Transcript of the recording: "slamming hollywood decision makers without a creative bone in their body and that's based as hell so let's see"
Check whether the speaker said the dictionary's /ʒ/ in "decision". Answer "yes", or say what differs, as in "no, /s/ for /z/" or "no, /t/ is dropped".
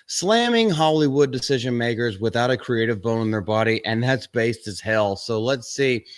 yes